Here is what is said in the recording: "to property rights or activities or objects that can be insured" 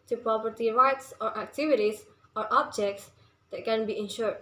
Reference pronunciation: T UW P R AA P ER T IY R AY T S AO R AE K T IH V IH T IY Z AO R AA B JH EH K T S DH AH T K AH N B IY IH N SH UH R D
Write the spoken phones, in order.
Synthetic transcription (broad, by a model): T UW P R AA P ER T IY R AY T S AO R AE K T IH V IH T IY S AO R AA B JH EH K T S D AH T K AH N B IY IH N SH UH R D